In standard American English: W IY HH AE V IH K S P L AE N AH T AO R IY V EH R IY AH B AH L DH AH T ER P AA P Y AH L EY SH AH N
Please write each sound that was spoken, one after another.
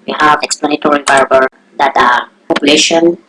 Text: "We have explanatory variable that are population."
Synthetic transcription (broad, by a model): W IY HH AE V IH K S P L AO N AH T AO R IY B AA R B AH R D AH T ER P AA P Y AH L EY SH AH N